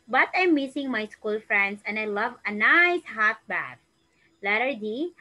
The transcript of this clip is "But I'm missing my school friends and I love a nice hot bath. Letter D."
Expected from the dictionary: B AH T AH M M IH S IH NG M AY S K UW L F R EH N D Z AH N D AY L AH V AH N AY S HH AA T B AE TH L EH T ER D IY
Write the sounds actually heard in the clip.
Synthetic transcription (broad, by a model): B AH T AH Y M IH S IH NG M AY S K UW L F R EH N D S AH N D AY L AH V AH N AY S HH AA T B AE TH L EH T ER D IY